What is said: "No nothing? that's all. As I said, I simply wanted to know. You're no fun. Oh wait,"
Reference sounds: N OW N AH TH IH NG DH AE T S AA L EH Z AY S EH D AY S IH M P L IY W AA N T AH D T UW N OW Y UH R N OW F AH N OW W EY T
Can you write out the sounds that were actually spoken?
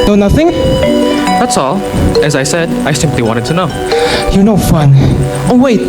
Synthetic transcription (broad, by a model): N OW N AH TH IH NG DH AE T S AA L EH Z AY S EH D AY S IH M P L IY W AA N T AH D T UW N OW Y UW N OW F AH N OW W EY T